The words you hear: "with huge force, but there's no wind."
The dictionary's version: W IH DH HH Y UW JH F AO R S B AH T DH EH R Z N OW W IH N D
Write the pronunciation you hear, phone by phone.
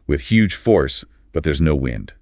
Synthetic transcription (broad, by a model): W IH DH HH Y UW JH F AO R S B AH T DH EH R Z N OW W IH N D